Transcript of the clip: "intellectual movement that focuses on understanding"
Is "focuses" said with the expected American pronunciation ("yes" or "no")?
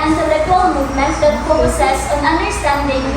no